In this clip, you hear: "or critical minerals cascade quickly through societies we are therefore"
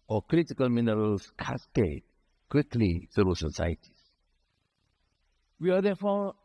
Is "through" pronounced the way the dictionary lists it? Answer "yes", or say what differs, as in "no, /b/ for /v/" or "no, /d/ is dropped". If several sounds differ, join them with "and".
no, /ɹ/ is dropped